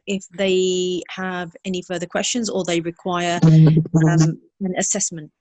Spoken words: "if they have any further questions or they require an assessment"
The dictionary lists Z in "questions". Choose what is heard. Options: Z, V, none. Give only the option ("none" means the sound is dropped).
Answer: Z